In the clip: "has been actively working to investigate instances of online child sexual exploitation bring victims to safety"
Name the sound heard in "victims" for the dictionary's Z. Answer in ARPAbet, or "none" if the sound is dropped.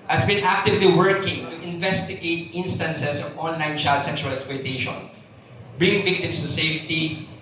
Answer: S